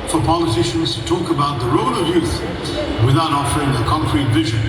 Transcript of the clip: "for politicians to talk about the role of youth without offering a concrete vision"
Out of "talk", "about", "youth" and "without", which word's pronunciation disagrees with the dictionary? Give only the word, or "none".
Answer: none